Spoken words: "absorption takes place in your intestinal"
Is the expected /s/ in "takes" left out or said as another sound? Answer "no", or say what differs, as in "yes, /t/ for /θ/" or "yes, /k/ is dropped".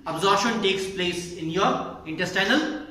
no